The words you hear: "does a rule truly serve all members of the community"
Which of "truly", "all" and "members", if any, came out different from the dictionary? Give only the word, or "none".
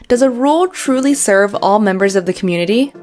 none